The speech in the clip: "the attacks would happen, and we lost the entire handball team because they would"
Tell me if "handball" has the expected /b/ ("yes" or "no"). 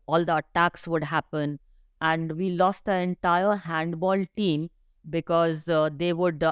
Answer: yes